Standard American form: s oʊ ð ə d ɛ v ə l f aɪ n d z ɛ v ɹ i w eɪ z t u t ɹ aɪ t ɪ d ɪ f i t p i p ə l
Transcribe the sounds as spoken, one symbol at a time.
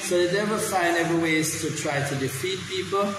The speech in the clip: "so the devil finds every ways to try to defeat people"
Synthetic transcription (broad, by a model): s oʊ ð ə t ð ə w f aɪ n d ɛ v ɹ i w eɪ z t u t ɹ aɪ t ɪ d ɪ f i t p i p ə l